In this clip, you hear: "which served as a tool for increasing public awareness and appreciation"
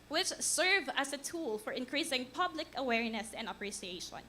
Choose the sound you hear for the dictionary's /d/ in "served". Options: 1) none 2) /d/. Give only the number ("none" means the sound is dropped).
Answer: 1